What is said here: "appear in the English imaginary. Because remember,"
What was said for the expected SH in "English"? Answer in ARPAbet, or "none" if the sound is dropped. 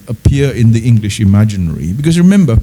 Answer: SH